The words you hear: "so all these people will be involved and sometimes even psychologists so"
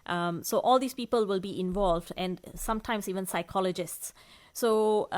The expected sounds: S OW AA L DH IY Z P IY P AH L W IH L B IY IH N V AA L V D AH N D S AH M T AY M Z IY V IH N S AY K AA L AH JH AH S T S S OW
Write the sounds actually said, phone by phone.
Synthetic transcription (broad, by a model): S OW AA L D IY S P IY P AH L W IH L B IY IH N V AA L V D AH N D S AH M T AY M S IY V IH N S AY K AA L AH JH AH S T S S OW